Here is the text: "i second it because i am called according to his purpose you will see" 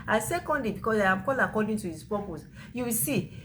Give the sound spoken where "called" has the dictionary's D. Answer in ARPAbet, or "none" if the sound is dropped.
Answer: none